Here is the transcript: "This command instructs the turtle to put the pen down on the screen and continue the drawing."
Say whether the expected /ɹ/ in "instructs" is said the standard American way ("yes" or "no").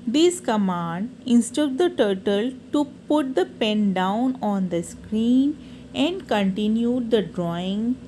no